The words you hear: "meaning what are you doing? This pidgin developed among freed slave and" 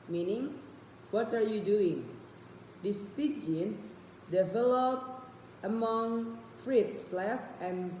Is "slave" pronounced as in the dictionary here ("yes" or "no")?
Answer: no